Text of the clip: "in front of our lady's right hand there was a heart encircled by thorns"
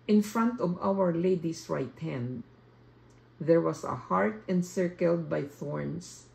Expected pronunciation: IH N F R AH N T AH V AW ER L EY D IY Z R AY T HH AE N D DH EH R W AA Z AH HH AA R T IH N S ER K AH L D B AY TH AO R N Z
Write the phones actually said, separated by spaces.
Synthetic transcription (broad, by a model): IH N F R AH N T AH V AW ER L EY D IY S R AY T HH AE N D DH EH R W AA S AH HH AA R T IH N S ER K AH L D B AY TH AO R N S